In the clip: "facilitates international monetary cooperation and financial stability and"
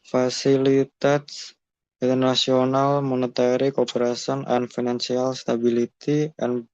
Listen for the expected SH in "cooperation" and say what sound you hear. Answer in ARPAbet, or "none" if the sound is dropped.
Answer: S